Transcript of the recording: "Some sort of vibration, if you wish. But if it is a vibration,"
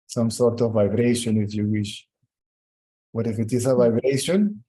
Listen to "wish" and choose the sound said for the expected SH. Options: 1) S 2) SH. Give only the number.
2